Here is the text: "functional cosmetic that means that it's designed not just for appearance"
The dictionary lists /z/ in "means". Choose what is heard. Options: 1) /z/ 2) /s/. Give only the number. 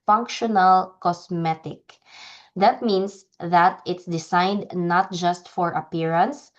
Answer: 2